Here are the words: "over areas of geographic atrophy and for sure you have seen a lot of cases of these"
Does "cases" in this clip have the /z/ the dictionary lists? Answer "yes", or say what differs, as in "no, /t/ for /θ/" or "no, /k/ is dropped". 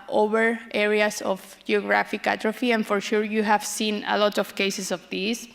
no, /s/ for /z/